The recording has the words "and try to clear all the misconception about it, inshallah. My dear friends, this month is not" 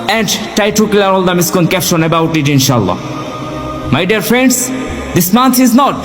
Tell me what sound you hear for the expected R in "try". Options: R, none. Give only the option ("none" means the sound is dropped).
none